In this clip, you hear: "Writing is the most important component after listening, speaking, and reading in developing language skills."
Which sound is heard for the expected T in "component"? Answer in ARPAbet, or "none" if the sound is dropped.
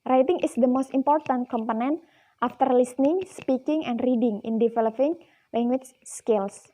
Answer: T